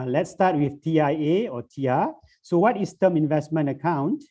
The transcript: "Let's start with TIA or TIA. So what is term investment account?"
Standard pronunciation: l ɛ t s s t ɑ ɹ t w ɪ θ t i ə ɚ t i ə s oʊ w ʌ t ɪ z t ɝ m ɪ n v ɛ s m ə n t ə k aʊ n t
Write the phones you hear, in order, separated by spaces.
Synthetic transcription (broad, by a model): l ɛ t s s t ɑ t w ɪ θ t i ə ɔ t i ə s oʊ w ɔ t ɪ s t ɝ m ɪ n v ɛ s m ə n t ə k aʊ n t